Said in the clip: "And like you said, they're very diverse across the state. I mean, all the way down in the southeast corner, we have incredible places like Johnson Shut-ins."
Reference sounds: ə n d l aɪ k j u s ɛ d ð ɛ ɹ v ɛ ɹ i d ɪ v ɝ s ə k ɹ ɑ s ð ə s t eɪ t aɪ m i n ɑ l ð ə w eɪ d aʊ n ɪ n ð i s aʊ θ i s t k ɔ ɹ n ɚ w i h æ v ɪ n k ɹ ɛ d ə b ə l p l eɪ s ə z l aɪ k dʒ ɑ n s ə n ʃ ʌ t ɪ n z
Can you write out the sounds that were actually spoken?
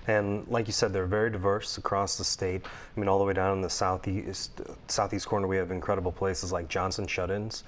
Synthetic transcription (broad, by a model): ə n l aɪ k j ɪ s ɛ d ð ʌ ɹ v ɛ ɹ i d ɪ v ɝ s ə k ɹ ɑ s ð ə s t eɪ t aɪ m i n ɑ l ð ə w eɪ d aʊ n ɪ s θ i s aʊ θ i s t k ɔ ɹ n ɚ w i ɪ v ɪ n k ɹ ɛ d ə b l p l eɪ s ə z l aɪ k dʒ ɑ n s ə n ʃ ʌ t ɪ n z